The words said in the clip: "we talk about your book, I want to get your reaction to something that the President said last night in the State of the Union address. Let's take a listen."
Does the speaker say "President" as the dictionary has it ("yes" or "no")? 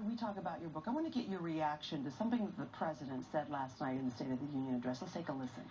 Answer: yes